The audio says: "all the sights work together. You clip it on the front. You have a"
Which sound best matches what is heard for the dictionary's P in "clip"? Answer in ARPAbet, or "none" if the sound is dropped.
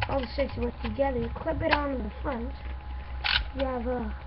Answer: B